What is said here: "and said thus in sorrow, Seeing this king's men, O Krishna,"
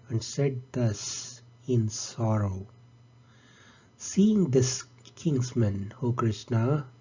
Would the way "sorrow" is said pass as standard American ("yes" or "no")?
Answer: yes